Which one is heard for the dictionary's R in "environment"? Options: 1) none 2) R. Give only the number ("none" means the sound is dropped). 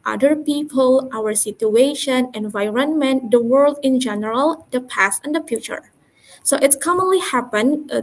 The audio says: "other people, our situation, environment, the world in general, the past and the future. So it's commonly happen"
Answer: 2